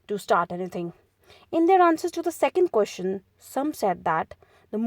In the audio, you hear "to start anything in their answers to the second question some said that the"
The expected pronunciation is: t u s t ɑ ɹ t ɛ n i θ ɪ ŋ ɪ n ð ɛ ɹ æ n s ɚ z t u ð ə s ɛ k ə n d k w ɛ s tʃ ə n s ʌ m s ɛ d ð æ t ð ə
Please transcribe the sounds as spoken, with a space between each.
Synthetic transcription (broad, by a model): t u s t ɑ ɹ t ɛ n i t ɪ ŋ ɪ n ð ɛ ɹ æ n s ɚ z t u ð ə s ɛ k ə n d k w ɛ s tʃ ə n s ʌ m s ɛ d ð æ t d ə